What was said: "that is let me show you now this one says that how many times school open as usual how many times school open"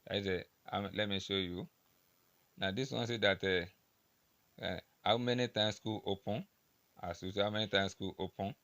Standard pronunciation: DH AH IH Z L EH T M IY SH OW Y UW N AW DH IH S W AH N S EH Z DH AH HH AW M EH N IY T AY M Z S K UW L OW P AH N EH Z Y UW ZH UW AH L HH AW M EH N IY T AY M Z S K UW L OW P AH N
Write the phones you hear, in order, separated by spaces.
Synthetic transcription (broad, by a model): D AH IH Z L EH T M IY SH OW Y UW N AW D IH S W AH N S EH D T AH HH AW M EH N IY T AY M S K UW L OW P AH N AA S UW S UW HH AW M EH N IY T AY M S K UW L OW P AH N